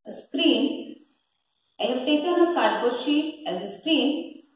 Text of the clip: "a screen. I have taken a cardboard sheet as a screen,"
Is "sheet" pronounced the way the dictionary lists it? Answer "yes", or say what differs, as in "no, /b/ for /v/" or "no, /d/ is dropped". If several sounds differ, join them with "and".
no, /t/ is dropped